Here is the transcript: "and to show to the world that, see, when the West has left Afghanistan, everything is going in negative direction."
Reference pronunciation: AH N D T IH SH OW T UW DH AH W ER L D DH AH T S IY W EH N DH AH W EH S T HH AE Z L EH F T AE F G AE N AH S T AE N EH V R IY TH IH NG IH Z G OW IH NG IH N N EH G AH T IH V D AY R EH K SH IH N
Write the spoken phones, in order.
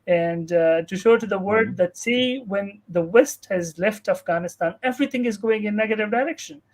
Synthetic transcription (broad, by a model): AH N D T IH SH OW T UW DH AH W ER D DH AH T S IY W EH N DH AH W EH S T HH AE Z L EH F T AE F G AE N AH S T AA N EH V R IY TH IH NG IH Z G OW IH NG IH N N EH G AH T IH V D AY R EH K SH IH N